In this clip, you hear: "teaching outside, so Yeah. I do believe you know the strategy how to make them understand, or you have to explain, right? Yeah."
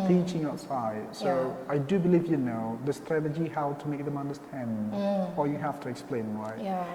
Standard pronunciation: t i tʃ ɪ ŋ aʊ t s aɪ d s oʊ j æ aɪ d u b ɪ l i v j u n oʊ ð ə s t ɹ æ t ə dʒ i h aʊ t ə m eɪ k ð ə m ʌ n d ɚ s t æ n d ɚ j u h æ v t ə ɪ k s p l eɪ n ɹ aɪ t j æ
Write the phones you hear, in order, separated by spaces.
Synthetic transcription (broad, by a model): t i tʃ ɪ ŋ aʊ t s aɪ d s oʊ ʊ aɪ d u b ɪ l i v j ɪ n oʊ ð ə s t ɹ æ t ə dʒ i h aʊ t ə m eɪ k ð ə m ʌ n d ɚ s t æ n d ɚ j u h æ f t ə ɪ k s p l eɪ n ɹ aɪ t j